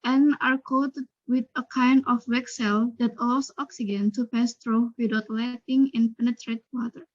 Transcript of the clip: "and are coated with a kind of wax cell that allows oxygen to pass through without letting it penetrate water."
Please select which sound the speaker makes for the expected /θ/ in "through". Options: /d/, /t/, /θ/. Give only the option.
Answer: /t/